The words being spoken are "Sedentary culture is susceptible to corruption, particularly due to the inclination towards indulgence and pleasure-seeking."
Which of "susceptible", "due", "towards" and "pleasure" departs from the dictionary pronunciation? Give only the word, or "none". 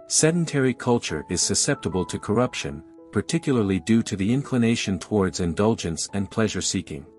none